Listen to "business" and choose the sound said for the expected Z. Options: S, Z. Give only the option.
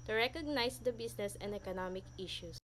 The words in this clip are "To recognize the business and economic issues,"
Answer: S